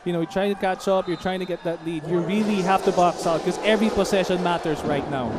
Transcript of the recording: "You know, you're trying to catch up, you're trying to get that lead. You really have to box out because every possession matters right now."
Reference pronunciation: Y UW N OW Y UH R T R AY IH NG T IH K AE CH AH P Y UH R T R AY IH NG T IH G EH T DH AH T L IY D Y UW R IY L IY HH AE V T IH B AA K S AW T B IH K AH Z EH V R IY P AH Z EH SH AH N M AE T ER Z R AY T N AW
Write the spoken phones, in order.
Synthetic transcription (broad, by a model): Y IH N OW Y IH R T R AY IH NG T IH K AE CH AH P Y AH R T R AY IH NG T IH G EH T DH AH T L IY D Y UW R IY L IY HH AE F T IH B AA K S AW T K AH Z EH V R IY P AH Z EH SH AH N M AE T ER Z R AY T N AW